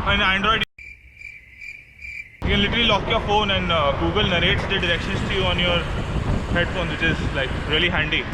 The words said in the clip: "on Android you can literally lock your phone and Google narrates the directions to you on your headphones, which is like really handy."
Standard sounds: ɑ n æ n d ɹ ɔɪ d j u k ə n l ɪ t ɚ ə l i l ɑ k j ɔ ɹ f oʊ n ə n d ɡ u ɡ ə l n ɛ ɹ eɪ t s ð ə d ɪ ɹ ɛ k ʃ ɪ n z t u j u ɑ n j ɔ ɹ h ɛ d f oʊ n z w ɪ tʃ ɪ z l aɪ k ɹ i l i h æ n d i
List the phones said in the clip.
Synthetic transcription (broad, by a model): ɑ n æ n d ɹ ɔɪ d j u k ə n l ɪ t ɚ ə l i l ɑ k j ɔ ɹ f oʊ n ə n d ɡ u ɡ ə l n ɛ ɹ eɪ t s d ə d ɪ ɹ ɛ k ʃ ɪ n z t u j u ɑ n j ɔ ɹ h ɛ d f oʊ n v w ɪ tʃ ɪ z l aɪ k ɹ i l i h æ n d i